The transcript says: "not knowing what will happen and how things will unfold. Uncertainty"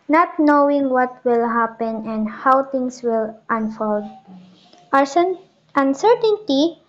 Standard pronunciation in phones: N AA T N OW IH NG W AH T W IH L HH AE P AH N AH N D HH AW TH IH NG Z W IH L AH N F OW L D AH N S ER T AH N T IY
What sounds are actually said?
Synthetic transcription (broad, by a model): N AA T N OW IH NG W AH T W IH L HH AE P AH N AH N D HH AW T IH NG S W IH L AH N F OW L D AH N S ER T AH N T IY